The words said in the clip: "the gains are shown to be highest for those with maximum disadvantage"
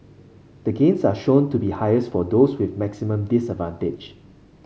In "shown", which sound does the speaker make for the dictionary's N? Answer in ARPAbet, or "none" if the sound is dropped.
N